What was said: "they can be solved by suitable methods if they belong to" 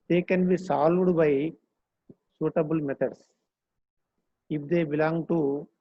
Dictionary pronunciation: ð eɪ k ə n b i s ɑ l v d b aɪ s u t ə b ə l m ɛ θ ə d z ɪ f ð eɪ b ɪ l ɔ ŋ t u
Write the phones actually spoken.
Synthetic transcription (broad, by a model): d eɪ k ə n b i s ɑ l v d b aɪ s u t ə b ə l m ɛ t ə d s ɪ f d eɪ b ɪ l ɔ ŋ t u